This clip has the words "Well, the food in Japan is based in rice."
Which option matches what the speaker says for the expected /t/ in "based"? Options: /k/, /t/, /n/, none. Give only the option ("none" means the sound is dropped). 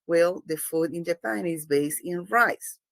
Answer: none